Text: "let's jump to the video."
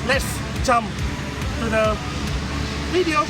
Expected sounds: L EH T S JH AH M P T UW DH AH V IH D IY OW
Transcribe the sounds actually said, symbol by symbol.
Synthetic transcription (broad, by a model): L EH T S CH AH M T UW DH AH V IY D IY OW